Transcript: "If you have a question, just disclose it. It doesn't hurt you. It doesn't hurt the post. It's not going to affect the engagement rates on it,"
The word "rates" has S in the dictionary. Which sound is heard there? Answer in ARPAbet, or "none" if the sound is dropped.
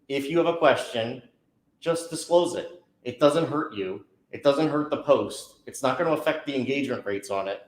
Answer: S